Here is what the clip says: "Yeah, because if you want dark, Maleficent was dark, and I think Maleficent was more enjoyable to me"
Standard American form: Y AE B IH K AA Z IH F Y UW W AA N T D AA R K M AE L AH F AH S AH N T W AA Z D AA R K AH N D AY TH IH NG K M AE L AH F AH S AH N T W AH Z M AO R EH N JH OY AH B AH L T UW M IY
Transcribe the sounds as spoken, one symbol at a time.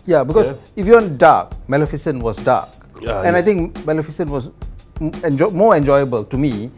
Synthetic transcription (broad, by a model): Y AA B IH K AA IH F Y UW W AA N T D AA K M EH L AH F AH S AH N W AA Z D AA K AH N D AY T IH NG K M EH L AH F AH S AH N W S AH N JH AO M EH N JH OY AH B AH L T UW M IY